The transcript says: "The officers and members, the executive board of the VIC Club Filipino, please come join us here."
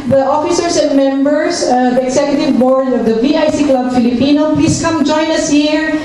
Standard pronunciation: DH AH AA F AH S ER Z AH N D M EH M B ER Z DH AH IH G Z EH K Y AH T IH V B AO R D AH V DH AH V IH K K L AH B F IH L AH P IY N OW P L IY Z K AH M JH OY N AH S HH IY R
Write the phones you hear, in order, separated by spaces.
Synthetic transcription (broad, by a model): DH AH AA F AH S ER S AH N D M EH M B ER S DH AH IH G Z EH K Y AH T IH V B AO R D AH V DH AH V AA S K L AH B F IH L AH P IY N OW P L IY S K AH M JH OY N AH S HH IY R